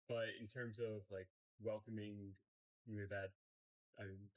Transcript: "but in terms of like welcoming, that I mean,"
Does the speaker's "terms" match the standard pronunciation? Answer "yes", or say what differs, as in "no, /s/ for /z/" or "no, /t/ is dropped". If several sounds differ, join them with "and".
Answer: yes